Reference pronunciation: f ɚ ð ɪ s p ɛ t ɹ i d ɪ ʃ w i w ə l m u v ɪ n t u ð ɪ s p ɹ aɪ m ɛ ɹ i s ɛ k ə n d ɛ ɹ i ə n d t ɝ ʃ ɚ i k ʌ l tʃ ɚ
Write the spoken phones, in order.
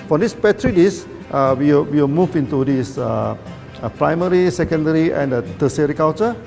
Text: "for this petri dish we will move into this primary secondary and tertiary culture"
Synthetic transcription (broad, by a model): f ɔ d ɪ s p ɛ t ɹ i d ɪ s w i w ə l m u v ɪ n t u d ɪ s p ɹ aɪ m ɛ ɹ i s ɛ k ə n d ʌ ɹ i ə n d t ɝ s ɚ i k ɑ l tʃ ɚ